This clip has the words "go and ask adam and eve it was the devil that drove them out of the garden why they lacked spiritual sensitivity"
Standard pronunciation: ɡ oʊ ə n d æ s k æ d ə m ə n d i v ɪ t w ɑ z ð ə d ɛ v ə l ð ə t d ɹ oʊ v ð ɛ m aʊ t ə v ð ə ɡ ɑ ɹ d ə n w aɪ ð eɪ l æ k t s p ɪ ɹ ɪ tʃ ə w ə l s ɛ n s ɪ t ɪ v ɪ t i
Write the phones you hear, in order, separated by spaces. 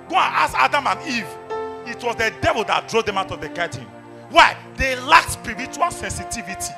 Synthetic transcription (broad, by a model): ɡ oʊ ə n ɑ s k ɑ d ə m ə n i v ɪ t w ɑ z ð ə d ɛ v ə l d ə t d ɹ oʊ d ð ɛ m aʊ t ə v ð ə ɡ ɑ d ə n w aɪ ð eɪ l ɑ k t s p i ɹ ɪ tʃ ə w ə l s ɛ n s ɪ t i v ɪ t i